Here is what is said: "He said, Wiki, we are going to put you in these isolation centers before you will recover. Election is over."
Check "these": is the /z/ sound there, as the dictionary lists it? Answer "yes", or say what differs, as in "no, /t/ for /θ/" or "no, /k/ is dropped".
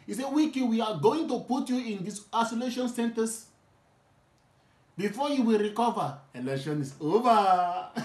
no, /s/ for /z/